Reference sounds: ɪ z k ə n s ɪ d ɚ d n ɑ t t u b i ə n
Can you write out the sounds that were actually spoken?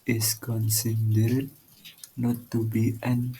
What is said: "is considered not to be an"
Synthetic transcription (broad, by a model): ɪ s k ə n s ɪ d ɚ d n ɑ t t u b i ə n